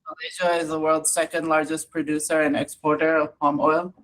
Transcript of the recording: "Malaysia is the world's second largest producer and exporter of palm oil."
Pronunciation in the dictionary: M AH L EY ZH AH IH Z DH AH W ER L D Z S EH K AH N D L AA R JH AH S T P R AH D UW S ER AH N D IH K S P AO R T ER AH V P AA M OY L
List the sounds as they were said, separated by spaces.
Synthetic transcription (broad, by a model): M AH L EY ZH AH IH Z DH AH W ER L D Z S EH K AH N D L AA R JH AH S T P R AH D UW S ER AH N IH K S P AO R T ER AH V P AA M OY L